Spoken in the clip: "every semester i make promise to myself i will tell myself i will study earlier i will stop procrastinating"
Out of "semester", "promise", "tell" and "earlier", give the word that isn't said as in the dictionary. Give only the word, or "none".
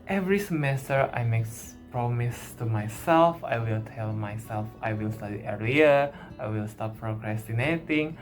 earlier